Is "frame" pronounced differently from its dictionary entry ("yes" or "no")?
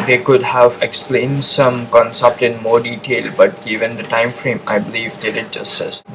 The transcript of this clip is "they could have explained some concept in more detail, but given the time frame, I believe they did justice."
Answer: no